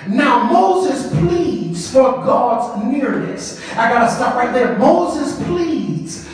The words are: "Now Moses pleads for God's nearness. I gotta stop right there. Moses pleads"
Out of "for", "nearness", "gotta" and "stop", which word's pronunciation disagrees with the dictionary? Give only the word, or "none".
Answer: stop